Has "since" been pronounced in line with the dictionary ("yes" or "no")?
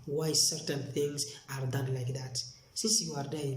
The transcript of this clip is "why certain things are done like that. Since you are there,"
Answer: no